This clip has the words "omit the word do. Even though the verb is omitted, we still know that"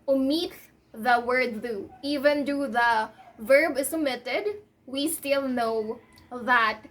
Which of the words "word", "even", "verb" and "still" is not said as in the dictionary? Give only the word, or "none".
none